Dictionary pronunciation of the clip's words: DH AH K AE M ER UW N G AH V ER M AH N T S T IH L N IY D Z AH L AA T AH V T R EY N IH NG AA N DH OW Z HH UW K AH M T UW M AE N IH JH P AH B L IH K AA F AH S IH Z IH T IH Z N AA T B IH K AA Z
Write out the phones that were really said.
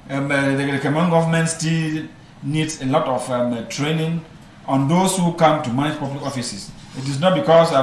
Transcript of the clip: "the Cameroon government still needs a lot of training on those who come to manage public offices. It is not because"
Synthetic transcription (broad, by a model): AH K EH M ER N G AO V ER M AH N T S T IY L N IY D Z AH L AA T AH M T R EY N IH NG AA N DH OW S HH UW K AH M T UW M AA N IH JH P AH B L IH K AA F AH S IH S IH T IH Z N AA T B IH K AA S